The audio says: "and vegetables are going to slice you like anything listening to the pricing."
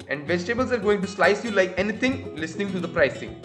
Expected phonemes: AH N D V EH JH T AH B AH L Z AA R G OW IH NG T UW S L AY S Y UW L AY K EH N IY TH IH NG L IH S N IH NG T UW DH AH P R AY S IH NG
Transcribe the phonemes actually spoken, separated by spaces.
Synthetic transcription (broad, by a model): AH N D V EH JH T AH B AH L Z AA R G OW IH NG T UW S L AY S Y UW L AY K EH N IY T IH NG L IH S N IH NG T UW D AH P R AY S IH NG